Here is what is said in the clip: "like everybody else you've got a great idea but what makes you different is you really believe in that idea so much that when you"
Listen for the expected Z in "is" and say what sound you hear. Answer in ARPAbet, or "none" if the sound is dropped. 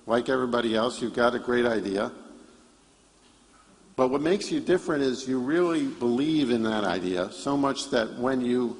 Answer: Z